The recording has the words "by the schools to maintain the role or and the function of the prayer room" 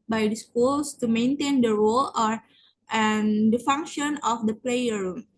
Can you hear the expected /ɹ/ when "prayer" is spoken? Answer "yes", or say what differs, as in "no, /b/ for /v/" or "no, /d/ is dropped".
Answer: no, /l/ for /ɹ/